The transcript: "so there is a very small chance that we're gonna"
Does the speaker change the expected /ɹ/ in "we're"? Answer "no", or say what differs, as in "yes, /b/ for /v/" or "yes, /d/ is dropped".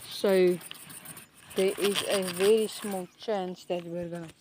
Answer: no